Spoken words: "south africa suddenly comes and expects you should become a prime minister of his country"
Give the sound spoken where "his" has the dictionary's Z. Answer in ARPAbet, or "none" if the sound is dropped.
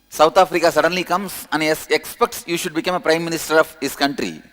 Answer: S